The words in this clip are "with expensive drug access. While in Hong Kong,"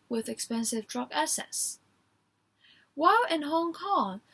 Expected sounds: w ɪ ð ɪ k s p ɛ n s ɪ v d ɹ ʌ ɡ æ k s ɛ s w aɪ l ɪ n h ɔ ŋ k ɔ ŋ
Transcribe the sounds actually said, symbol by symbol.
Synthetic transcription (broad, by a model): w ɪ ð ɪ k s p ɛ n s ɪ v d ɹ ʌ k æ s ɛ s w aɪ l ɪ n h ɔ ŋ k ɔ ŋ